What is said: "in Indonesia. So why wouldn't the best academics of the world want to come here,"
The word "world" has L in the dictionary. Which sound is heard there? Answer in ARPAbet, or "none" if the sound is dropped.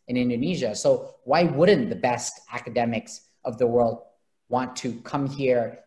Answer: L